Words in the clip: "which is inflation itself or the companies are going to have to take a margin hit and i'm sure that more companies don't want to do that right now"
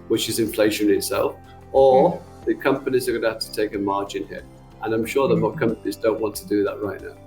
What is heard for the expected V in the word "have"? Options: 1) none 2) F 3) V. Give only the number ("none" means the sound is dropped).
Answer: 2